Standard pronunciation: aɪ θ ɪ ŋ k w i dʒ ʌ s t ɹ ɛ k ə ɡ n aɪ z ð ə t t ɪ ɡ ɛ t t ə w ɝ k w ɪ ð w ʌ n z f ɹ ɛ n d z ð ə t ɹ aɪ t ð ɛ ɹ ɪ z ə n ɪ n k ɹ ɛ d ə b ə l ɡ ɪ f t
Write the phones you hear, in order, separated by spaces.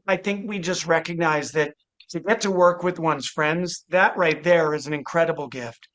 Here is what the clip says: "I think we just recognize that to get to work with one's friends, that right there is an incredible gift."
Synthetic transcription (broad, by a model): aɪ θ ɪ ŋ k w i dʒ ʌ s t ɹ ɛ k ə ɡ n aɪ z ð ə t t ɪ ɡ ɛ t t ə w ɝ k w ɪ ð w ʌ n z f ɹ ɛ n d z ð ə t ɹ aɪ t ð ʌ ɹ ɪ z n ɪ n k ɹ ɛ d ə b l ɡ ɪ f t